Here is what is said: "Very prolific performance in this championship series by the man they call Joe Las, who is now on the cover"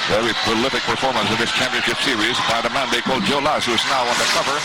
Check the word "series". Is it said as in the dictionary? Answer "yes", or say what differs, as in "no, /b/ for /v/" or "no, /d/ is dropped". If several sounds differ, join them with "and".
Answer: yes